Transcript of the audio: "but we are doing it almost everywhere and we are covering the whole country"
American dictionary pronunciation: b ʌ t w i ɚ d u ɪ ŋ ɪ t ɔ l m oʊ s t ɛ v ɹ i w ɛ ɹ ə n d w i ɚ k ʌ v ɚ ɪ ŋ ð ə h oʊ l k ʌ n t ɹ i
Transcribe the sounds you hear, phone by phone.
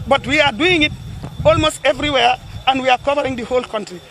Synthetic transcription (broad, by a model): b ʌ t w i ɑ d u ɪ ŋ ɪ t ɔ l m oʊ s t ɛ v ɹ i w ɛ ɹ ə n d w i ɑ k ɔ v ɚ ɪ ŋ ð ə h oʊ l k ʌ n t ɹ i